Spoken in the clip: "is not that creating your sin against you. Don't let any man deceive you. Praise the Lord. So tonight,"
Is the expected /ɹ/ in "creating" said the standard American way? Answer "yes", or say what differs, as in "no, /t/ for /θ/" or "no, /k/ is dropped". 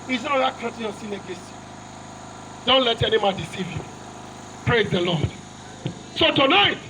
no, /ɹ/ is dropped